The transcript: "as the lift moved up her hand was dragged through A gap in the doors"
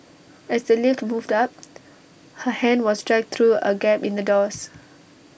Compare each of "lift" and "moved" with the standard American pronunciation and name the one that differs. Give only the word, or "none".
none